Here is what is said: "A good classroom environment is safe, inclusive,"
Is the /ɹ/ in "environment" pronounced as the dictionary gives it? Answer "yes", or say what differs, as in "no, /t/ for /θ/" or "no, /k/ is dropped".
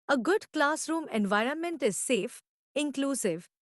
yes